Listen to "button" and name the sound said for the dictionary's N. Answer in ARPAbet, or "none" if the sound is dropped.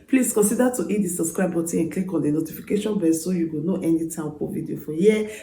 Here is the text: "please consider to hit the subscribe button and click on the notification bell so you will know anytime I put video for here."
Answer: none